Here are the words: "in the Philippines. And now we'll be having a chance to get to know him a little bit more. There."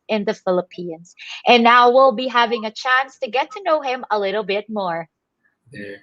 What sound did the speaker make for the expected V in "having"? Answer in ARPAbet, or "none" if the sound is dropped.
V